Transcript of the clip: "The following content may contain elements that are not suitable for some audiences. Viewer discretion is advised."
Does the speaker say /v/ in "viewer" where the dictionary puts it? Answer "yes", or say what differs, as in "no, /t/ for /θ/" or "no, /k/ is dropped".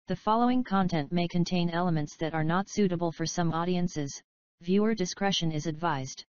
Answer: yes